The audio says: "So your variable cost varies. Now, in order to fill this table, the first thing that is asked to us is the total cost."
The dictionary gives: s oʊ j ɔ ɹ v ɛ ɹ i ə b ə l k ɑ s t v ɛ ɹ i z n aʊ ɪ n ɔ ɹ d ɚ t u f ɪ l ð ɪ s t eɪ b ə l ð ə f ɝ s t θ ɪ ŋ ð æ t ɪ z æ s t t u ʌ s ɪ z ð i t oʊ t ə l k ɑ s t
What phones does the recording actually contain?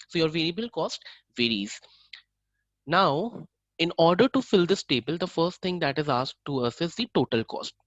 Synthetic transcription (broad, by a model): s oʊ j ɔ ɹ v ɛ ɹ i ə b ə l k ɑ s t v ɛ ɹ i z n aʊ ɪ n ɔ ɹ d ɚ t u f ɪ l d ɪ s t eɪ b ə l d ə f ɝ s t t ɪ ŋ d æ t ɪ z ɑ s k t u ʌ s ɪ z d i t oʊ t ə l k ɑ s t